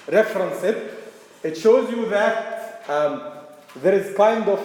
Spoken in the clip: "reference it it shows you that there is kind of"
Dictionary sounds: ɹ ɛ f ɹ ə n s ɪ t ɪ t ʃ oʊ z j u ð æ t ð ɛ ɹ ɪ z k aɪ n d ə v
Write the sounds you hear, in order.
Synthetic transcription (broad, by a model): ɹ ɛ f ɹ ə n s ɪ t ɪ t ʃ oʊ z j u ð æ t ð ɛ ɹ ɪ z k aɪ n d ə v